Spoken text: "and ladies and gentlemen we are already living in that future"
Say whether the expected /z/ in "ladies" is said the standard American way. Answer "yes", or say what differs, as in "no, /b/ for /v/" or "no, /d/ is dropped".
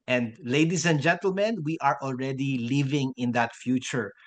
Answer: no, /s/ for /z/